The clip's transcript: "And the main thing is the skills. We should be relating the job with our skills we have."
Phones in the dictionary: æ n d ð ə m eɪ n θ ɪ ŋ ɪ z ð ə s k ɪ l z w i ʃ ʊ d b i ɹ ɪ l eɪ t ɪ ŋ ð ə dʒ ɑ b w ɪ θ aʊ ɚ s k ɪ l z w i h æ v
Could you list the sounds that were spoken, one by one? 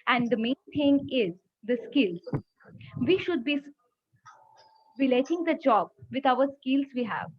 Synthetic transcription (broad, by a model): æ n d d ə m eɪ n t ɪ ŋ ɪ z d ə s k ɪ l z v i ʃ ʊ d b i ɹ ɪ l eɪ t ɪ ŋ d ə dʒ ɑ b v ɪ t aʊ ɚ s k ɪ l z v i h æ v